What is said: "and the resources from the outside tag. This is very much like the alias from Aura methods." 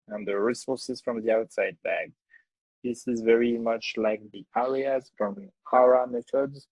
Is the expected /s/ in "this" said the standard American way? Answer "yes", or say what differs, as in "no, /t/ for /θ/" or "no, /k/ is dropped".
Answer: yes